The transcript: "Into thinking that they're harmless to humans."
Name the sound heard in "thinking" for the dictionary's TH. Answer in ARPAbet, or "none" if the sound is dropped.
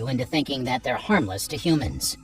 TH